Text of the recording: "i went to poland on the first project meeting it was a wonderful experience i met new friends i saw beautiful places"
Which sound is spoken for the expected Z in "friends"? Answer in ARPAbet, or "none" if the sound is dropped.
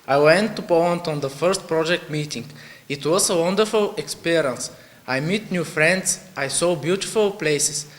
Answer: S